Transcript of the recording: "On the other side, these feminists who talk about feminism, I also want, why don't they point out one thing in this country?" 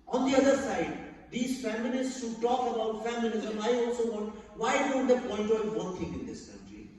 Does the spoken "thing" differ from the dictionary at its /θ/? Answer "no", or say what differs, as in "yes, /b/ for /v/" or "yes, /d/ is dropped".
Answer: yes, /t/ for /θ/